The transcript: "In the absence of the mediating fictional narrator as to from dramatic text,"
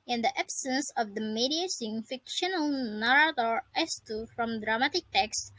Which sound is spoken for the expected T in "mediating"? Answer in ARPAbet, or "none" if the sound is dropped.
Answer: S